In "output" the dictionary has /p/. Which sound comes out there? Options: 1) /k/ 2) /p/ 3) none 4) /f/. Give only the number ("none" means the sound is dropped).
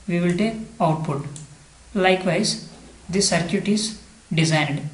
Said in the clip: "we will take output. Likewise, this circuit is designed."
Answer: 2